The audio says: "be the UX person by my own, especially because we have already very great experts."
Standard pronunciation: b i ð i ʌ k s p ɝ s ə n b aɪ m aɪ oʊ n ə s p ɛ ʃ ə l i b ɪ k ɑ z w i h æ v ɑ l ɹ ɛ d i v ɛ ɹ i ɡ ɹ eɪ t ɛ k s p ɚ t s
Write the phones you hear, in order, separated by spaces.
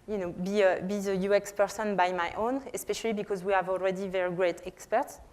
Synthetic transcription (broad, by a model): b i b i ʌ k s p ɝ s ə n b aɪ m aɪ oʊ n ə s p ɛ ʃ ə l i b ɪ k ɑ z w i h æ v ɑ l ɹ ɛ d i v ɛ ɹ i ɡ ɹ eɪ t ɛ k s p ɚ t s